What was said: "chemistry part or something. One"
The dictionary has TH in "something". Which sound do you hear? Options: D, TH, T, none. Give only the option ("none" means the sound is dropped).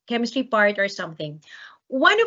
TH